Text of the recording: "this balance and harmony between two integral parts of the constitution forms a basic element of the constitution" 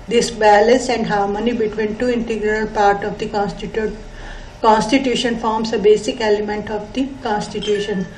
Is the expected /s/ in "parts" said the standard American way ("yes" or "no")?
no